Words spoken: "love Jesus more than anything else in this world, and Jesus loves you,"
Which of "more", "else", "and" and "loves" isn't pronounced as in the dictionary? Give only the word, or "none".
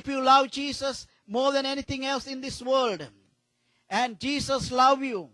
loves